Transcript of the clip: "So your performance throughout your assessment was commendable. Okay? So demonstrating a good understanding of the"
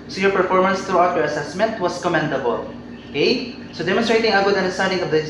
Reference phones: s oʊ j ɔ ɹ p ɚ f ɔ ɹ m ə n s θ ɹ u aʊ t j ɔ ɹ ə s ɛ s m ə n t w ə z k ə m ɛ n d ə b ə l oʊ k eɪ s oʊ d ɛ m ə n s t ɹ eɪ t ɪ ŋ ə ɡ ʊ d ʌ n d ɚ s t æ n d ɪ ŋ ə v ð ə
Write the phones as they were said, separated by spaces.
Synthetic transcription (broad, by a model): s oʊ j ɔ ɹ p ɚ f ɔ ɹ m ə n s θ ɹ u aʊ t j ɔ ɹ ə s ɛ s m ə n t w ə s k ə m ɛ n d ə b ə l oʊ k eɪ s oʊ d ɛ m ə n s t ɹ eɪ t ɪ ŋ ə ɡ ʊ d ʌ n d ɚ s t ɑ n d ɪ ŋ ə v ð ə